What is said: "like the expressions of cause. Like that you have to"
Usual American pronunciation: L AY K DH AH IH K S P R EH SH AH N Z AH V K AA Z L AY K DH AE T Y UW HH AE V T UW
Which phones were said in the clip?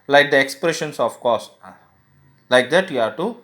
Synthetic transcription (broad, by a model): L AY K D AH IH K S P R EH SH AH N S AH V K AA S L AY K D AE T Y UW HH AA T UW